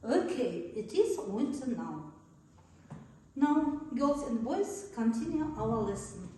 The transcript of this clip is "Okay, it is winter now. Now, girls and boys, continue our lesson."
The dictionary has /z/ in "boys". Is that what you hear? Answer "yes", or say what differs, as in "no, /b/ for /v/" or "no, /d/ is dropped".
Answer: no, /s/ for /z/